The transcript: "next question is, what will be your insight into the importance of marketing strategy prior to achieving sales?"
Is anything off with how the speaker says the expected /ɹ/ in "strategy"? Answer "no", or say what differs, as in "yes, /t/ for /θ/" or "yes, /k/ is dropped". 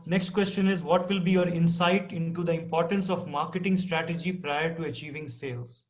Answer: no